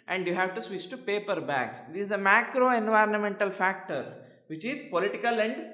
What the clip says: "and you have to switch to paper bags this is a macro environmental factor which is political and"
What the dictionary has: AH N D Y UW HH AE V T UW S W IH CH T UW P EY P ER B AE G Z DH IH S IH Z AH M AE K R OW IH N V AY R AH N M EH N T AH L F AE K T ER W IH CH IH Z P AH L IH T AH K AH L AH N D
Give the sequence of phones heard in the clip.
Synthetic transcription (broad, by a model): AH N D Y UW HH AE V T UW S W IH CH T UW P EY P ER B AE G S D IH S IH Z AH M AE K R OW IH N V AY R AH N M EH N T AH L F AE K T ER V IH CH IH Z P AH L IH T AH K AH L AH N D